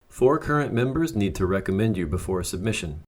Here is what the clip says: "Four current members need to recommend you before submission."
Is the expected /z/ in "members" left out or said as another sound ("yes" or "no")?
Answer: no